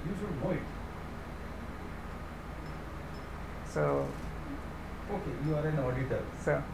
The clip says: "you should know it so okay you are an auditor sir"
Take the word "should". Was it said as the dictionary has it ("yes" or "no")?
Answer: no